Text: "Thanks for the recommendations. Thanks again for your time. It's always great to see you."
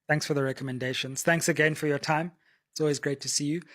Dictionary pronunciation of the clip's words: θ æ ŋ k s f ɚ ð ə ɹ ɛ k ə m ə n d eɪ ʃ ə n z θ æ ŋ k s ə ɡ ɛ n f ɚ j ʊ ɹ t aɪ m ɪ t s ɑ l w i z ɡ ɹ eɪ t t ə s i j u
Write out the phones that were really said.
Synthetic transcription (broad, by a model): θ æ ŋ k s f ɚ ð ə ɹ ɛ k ə m ə n d eɪ ʃ ə n z θ æ ŋ k s ə ɡ ɛ n f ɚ j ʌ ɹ t aɪ m ɪ t s ɑ l w i z ɡ ɹ eɪ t t ə s i j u